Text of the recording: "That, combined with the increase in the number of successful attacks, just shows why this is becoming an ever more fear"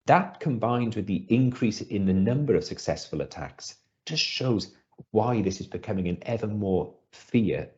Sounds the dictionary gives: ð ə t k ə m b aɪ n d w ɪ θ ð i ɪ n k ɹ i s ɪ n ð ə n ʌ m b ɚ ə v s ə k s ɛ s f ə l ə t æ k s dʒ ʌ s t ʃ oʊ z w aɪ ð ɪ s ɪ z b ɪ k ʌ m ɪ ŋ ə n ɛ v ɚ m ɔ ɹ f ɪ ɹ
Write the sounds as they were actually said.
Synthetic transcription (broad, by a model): ð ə t k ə m b aɪ n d w ɪ ð i ɪ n k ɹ i s ɪ n ð ə n ʌ m b ɚ ə v s ə k s ɛ s f ə l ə t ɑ k s dʒ ʌ s t ʃ oʊ z w aɪ ð ɪ s ɪ z b ɪ k ʌ m ɪ ŋ ə n ɛ v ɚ m ɔ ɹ f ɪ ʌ